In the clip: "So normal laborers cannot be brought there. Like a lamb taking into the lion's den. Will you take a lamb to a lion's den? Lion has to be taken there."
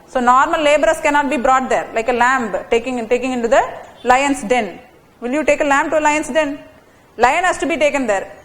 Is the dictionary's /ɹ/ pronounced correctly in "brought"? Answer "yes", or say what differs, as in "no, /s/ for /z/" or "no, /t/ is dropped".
yes